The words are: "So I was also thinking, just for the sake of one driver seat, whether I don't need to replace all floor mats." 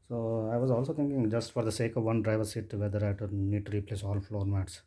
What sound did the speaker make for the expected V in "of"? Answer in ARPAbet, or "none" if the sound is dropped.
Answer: V